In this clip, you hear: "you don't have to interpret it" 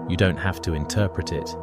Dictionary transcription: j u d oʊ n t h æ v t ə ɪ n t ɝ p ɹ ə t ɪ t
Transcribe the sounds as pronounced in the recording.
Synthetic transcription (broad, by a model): j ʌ d oʊ n t h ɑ f t ə ɪ n t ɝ p ɹ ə t ɪ t